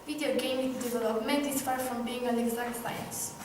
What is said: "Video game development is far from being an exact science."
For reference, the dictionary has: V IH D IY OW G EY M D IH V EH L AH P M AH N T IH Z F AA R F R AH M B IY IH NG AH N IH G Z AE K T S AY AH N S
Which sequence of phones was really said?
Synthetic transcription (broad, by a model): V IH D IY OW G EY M D IH V EH L AH P M AH N T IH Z F AA R F R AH M B IY IH NG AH L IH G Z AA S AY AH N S